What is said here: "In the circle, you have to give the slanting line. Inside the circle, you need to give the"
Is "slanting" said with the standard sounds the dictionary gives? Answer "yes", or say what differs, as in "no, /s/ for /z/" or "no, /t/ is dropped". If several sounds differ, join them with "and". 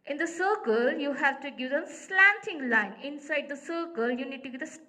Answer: yes